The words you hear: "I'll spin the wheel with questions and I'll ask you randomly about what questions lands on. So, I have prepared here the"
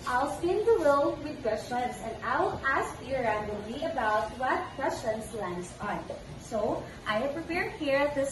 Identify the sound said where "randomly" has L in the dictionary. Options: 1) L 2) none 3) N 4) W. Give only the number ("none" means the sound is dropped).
2